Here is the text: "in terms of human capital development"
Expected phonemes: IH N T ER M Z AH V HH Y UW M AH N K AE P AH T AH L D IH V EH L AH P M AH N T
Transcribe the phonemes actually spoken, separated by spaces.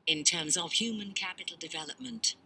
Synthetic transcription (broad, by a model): IH N T ER M Z AH V HH Y UW M AH N K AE P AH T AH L D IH V EH L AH P M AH N T